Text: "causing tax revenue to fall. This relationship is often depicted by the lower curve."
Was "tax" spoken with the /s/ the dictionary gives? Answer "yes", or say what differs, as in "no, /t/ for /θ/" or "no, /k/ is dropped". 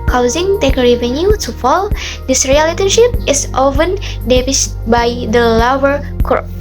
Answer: no, /s/ is dropped